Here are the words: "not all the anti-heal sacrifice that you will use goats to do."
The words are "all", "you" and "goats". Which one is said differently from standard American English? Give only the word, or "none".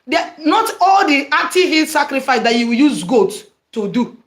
goats